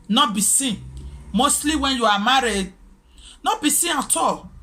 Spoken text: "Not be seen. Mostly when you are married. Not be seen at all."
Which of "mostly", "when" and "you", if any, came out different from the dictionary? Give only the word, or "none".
none